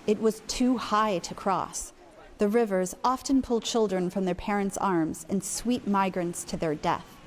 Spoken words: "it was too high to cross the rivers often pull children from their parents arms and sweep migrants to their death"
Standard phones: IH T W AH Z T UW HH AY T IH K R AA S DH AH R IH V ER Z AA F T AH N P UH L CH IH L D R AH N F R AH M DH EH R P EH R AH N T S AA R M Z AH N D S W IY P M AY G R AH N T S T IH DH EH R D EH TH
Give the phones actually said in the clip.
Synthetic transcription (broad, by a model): IH T W AH Z T UW HH AY T IH K R AA S DH AH R IH V ER Z AA F T AH N P UH L CH IH L D R AH N F R AH M DH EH R P EH R AH N T S AA R M Z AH N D S W IY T M AY G R AH N T S T IH DH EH R D EH TH